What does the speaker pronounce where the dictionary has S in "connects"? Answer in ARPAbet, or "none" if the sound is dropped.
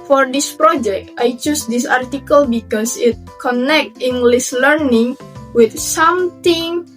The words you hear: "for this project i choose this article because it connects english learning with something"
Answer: none